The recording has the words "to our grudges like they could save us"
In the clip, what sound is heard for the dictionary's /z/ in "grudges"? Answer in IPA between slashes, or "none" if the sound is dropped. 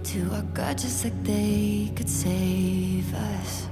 /s/